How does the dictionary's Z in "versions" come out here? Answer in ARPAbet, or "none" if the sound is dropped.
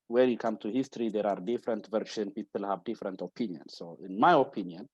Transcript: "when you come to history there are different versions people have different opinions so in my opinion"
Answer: none